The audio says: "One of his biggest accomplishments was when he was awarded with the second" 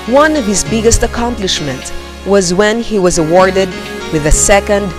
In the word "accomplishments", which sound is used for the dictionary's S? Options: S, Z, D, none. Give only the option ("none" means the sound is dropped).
none